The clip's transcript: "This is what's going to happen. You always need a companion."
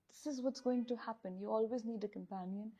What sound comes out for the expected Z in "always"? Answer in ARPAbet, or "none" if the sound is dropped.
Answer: Z